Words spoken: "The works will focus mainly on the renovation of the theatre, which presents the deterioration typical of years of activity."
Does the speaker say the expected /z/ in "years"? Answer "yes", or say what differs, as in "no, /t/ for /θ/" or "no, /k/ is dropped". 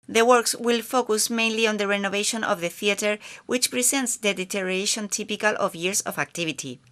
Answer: no, /s/ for /z/